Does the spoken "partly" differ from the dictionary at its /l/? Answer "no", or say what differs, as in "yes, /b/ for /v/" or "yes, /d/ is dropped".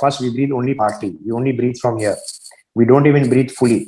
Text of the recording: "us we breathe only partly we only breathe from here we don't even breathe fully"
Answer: yes, /l/ is dropped